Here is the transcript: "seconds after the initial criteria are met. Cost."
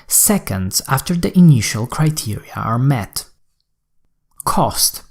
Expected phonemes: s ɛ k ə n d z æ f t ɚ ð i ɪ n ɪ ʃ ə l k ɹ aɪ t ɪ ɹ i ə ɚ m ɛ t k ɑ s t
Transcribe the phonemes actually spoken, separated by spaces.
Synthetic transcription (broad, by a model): s ɛ k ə n d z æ f t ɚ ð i ɪ n ɪ ʃ ə l k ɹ aɪ t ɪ ɹ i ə ɚ m ɛ t k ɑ s t